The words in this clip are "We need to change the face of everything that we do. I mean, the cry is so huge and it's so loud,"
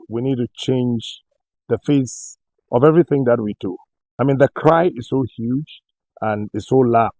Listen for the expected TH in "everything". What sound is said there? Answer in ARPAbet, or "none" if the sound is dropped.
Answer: TH